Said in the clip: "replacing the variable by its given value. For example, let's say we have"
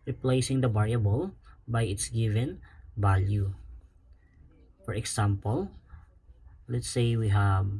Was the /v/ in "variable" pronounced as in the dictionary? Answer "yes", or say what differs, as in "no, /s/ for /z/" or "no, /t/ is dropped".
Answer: no, /b/ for /v/